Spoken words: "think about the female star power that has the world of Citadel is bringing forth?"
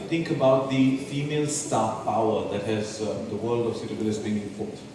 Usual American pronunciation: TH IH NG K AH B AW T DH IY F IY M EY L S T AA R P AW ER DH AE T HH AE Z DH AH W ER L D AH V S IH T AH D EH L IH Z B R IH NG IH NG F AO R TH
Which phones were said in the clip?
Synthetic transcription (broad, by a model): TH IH NG K AH B AW T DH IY F IY M EY L S T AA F P AW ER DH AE T HH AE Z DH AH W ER L D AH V S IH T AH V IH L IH S B IH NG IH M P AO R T